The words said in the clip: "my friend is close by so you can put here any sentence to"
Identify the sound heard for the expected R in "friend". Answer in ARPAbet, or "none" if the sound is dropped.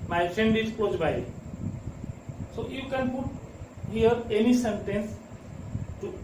none